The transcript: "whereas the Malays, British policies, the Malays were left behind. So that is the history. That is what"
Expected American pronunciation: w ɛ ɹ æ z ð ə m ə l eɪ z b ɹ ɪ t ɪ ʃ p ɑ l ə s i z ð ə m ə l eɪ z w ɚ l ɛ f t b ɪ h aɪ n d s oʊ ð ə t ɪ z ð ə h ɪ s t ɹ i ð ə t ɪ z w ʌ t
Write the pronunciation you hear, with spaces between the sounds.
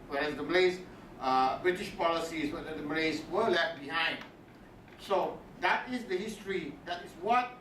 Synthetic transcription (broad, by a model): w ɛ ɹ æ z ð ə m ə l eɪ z b ɹ ɪ t ɪ ʃ p ɑ l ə s i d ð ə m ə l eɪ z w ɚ l ɛ f t b ɪ h aɪ n d s oʊ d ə t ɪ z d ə h ɪ s t ɹ i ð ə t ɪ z w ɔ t